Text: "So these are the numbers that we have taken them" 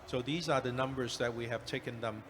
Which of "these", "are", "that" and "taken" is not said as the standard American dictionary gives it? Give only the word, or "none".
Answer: none